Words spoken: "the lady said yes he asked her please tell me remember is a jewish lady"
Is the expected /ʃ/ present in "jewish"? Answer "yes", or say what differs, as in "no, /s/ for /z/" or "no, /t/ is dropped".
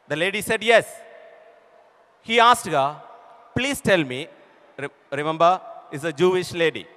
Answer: yes